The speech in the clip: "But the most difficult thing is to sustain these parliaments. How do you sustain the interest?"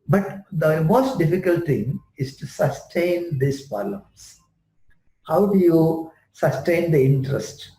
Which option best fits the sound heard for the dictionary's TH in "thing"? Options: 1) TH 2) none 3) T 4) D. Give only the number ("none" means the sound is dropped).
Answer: 3